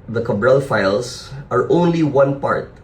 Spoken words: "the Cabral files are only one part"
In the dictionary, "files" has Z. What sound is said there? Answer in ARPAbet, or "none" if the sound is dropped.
S